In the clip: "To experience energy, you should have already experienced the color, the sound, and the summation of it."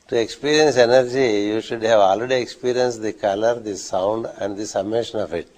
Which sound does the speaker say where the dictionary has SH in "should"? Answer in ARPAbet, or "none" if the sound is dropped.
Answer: SH